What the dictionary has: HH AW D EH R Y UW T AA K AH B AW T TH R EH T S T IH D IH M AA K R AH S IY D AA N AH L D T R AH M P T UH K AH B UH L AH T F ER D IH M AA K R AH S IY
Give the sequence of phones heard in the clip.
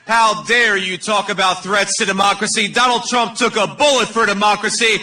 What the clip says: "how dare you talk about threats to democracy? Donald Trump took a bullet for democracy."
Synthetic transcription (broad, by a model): HH AW D EH R Y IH T AA K AH B AW T TH R EH T S T IH D IH M AA K R AH S IY D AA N L D T R AH M P T UH K AH B UH L AH T F ER D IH M AA K R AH S IY